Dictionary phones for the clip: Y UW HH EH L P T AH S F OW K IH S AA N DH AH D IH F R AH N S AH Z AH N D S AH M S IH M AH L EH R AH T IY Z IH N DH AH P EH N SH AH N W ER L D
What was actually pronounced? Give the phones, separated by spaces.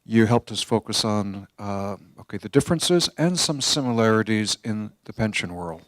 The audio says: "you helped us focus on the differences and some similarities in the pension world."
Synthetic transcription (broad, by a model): Y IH HH EH L P T AH S F OW K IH S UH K DH AH D IH F R AH N S AH Z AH N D S AH M S IH M AH L EH R AH T IY Z IH N DH AH P EH N SH AH N W ER L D